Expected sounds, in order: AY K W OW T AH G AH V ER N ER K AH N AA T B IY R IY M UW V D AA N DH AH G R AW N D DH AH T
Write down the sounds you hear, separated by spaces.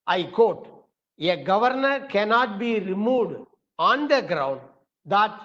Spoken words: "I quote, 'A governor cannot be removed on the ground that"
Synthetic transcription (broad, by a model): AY K OW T AH G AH V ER N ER K AH N AA T B IY R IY M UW D AA N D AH G R AW N D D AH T